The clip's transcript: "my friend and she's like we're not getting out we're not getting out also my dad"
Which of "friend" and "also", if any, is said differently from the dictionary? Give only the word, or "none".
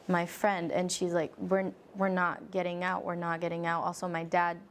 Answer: none